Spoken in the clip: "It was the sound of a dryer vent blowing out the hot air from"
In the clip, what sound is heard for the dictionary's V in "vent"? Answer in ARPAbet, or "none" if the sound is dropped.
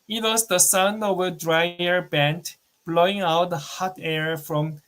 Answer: B